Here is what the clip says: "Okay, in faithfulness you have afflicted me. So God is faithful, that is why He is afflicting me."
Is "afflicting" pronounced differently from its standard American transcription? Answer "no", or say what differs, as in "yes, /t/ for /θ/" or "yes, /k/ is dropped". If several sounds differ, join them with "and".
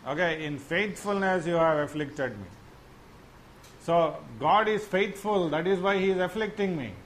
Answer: no